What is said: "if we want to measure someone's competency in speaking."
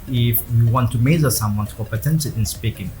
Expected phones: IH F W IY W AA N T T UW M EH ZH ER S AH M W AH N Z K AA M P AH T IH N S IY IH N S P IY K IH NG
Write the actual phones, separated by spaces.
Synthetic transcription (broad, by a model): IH F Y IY W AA N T T UW M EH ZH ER S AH M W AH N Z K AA P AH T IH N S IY IH N S P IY K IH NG